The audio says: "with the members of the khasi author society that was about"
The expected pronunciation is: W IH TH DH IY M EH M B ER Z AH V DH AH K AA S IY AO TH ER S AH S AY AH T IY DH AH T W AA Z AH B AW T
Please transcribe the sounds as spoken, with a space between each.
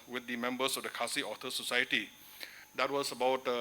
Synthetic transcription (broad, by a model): W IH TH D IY M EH M B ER S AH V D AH K AA S IY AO T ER S AH S AY AH T IY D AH T W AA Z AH B AW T